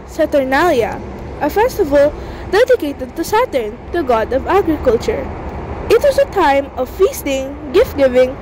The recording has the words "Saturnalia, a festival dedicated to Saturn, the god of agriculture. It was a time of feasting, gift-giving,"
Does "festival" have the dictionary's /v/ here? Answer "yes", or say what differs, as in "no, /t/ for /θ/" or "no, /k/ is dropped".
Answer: yes